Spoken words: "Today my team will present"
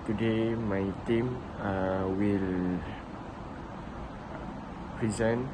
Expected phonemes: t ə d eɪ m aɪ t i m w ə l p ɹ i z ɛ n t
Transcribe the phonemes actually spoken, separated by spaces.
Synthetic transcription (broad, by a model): t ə d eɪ m aɪ t i m w ə l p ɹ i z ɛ n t